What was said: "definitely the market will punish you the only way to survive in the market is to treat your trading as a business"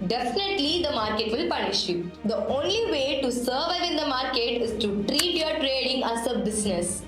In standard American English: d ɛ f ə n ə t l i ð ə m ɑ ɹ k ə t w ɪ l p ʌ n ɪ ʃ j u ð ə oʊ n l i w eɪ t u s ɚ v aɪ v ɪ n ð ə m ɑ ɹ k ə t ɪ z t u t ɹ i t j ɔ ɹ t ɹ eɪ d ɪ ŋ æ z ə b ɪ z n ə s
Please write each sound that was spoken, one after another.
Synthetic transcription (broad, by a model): d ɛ f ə n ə t l i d ə m ɑ ɹ k ə t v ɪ l p ʌ n ɪ ʃ j u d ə oʊ n l i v eɪ t u s ɚ v aɪ v ɪ n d ə m ɑ ɹ k ə t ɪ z t u t ɹ i t j ɔ ɹ t ɹ eɪ d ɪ ŋ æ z ə b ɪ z n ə s